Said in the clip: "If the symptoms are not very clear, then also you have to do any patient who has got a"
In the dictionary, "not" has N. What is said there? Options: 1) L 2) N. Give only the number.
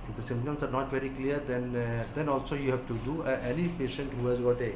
2